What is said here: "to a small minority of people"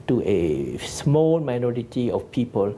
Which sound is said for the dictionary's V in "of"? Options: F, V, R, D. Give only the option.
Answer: F